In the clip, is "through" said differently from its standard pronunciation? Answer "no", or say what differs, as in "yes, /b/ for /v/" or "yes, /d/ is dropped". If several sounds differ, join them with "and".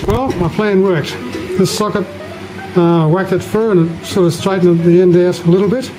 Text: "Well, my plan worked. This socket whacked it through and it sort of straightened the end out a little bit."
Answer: yes, /f/ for /θ/